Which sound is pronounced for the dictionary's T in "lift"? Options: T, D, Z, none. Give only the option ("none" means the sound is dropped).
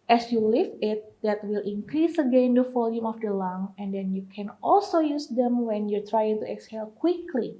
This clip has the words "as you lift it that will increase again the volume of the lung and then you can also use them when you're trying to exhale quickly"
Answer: none